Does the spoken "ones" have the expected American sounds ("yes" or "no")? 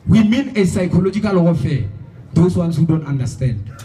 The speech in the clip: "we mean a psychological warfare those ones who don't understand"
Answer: no